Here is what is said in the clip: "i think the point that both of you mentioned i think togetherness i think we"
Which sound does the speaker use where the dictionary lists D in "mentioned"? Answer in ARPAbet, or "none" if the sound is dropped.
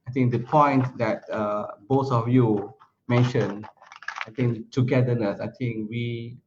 none